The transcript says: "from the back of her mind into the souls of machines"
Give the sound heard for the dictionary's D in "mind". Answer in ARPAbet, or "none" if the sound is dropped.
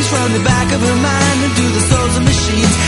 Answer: none